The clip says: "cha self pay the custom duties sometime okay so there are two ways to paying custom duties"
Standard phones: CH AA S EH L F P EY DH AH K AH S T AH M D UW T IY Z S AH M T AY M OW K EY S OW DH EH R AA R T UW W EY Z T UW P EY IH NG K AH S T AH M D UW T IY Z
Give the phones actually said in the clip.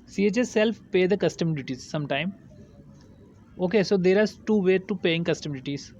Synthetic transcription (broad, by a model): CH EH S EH L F P EY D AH K AH S T AH M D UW T IY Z S AH M T AY M OW K EY S OW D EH R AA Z T UW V EY T UW P EY IH NG K AH S T AH M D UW T IY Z